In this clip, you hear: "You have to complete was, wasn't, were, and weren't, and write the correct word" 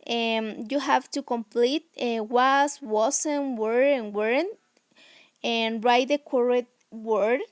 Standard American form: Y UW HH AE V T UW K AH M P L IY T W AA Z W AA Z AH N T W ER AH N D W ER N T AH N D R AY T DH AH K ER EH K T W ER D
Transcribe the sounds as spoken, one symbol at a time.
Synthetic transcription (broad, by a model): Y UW HH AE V T UW K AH M P L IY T W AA S W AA S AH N W ER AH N W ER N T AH N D R AY T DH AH K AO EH T W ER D